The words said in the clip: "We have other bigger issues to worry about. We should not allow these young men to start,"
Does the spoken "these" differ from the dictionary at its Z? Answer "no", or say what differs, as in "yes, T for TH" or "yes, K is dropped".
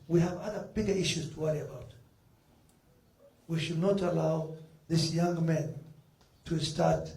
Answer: yes, S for Z